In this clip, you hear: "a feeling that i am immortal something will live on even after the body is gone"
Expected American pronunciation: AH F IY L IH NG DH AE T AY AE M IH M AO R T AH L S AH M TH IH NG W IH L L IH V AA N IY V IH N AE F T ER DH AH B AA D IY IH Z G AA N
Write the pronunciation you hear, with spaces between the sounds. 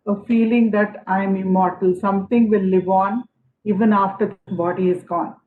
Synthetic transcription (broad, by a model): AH F IY L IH NG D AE T AY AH M IH M AO R T AH L S AH M T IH NG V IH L L IH V AA N IY V IH N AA F T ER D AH B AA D IY IH Z G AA N